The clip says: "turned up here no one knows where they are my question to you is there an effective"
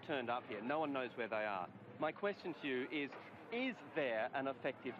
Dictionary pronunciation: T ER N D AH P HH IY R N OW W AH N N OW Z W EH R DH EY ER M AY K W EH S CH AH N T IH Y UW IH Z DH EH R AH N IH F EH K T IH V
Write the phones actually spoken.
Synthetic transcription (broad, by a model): T ER N D AH P HH IY R N OW W AH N N OW Z W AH R DH EY ER M AY K W EH S CH AH N T IH Y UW IH Z DH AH R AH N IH F EH K T IH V